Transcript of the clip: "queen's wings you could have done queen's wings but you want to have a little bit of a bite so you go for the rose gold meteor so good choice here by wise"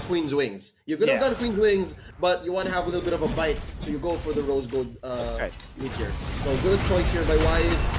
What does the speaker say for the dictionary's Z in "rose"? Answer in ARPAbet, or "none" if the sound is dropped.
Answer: Z